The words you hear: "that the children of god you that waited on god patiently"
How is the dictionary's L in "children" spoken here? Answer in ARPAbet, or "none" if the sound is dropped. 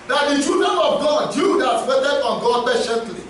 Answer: none